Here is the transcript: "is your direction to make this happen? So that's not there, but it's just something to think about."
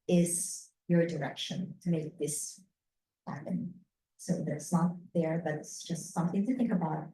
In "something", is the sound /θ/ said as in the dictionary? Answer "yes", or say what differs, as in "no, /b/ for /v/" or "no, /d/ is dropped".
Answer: yes